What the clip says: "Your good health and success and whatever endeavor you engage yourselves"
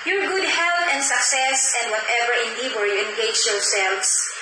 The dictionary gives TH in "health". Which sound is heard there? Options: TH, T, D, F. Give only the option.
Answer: T